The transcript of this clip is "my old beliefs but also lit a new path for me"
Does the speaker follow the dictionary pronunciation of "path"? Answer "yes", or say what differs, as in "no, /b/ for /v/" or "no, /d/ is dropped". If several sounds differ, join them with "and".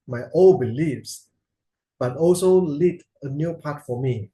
no, /t/ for /θ/